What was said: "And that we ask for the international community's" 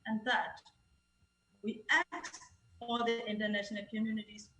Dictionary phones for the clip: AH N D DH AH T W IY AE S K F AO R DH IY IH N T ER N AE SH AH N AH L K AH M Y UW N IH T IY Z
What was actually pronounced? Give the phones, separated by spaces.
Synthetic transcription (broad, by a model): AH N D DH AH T W IY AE K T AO L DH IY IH N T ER N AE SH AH N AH L K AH M Y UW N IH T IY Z